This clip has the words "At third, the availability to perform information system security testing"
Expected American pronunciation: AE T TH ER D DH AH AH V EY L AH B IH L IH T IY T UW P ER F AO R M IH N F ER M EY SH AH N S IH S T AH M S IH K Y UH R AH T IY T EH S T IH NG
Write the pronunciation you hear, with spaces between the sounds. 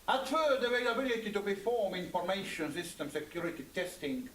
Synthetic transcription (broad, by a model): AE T F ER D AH AH V EY L AH B IH L IH T IY T UW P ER F AO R M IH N F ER M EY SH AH N S IH S T AH M S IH K Y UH R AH T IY T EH S T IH NG